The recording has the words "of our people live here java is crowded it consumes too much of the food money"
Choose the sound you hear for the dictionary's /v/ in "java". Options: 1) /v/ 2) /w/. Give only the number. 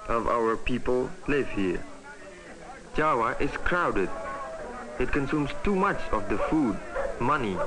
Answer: 2